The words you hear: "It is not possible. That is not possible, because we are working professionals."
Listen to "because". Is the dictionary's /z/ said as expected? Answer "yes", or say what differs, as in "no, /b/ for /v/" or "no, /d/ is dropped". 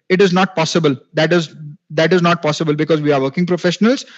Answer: yes